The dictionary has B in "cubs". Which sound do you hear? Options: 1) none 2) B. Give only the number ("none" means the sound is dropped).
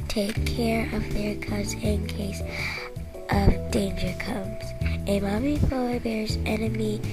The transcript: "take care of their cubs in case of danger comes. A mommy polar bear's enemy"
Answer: 1